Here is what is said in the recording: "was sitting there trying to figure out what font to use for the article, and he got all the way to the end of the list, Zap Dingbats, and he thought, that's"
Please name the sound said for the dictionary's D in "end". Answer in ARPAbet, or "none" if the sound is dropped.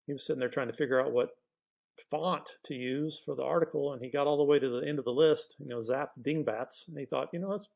D